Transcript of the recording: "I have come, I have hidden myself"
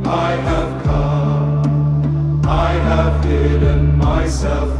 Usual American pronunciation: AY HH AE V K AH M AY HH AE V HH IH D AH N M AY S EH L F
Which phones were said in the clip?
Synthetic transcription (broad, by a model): AY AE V K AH AY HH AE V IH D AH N M AY S EH L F